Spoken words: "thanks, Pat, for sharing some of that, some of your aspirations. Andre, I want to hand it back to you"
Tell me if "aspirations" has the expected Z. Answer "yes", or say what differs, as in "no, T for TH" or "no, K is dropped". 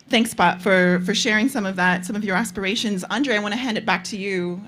yes